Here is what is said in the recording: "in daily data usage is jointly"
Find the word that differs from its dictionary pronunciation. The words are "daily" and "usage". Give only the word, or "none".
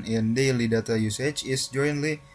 usage